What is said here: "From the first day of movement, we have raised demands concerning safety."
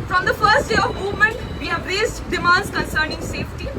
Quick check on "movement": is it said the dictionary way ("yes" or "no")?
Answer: yes